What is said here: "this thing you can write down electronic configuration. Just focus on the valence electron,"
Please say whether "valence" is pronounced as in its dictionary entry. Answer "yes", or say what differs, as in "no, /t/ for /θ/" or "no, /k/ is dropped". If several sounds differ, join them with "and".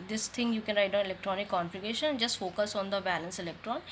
no, /b/ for /v/